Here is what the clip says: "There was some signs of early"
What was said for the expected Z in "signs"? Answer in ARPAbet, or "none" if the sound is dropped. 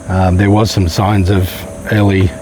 Z